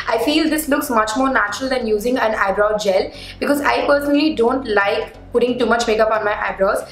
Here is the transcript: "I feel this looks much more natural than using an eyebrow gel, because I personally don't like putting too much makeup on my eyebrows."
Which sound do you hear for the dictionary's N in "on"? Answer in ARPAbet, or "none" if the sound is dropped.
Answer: N